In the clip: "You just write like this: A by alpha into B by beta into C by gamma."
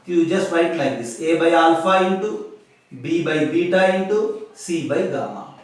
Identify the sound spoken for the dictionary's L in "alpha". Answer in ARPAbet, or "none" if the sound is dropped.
N